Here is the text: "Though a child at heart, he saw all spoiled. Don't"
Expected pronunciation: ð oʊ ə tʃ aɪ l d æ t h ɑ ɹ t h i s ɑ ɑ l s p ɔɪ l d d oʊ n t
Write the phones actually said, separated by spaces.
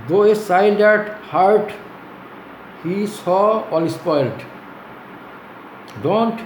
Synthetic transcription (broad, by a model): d oʊ ə s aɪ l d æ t h ɑ ɹ t h i s ɑ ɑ l s p ɔɪ l d d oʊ n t